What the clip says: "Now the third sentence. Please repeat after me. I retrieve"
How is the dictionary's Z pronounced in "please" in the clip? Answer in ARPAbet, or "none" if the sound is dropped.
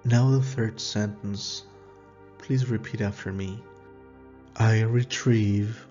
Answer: Z